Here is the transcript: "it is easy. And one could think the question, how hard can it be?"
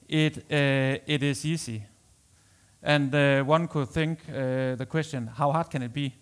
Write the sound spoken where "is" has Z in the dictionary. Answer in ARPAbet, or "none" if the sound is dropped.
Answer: S